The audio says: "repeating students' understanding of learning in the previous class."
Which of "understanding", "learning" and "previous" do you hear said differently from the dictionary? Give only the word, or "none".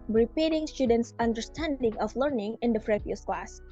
previous